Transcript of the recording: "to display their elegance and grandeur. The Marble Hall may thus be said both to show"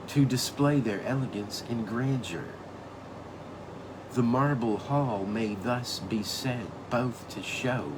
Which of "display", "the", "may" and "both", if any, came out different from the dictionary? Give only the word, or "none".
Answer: none